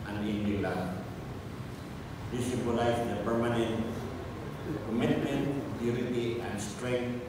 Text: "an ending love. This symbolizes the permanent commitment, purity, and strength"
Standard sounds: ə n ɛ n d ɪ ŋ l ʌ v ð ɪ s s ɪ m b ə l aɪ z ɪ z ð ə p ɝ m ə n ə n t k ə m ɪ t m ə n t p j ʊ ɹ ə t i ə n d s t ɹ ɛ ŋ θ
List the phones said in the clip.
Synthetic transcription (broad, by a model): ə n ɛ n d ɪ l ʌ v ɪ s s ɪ b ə l aɪ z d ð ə p ɝ m ə n ə n t k ə m ɪ t m ə n t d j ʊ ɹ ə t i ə n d s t ɹ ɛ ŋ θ